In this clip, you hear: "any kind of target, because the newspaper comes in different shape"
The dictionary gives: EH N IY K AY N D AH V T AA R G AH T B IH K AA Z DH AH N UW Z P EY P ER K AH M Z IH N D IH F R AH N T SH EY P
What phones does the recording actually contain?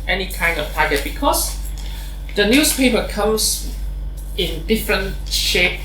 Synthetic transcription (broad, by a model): EH N IY K AY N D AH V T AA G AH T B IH K AA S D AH N UW S P EY P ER K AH M S IH N D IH F R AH N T SH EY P